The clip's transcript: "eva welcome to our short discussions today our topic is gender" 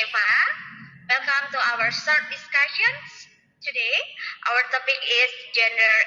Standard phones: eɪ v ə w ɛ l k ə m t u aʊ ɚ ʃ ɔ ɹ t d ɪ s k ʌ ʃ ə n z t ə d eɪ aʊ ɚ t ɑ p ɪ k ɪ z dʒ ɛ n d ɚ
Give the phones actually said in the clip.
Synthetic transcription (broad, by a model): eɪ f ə w ɛ l k ə m t u aʊ ɚ s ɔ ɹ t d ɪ s k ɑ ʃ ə n s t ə d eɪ aʊ ɚ t ɑ p ɪ k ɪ s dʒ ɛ n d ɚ